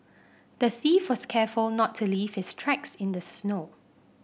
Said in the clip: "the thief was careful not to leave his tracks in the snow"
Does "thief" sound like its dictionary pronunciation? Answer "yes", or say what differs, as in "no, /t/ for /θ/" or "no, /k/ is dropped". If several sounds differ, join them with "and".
yes